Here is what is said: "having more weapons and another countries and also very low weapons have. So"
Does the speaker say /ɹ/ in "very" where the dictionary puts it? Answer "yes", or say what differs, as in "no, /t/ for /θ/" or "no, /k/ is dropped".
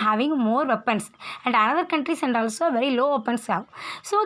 yes